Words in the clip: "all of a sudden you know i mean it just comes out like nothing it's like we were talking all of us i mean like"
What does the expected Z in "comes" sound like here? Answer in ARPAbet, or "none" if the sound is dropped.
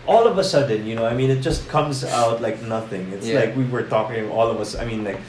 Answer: Z